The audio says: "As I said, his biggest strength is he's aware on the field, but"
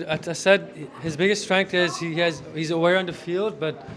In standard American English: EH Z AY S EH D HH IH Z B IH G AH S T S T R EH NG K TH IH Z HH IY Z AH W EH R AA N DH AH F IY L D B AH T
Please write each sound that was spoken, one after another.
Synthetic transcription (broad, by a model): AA AY S EH D HH IH Z B IH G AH S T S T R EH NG K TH IH Z HH IY Z AH W EH R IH N DH AH F IY L D B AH T